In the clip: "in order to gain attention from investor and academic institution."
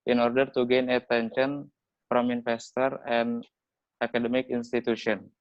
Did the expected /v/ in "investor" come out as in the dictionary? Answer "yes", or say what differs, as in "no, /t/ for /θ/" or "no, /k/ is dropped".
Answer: no, /f/ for /v/